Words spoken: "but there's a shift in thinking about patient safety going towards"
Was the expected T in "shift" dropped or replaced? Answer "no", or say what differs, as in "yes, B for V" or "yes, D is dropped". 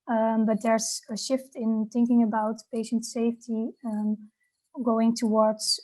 no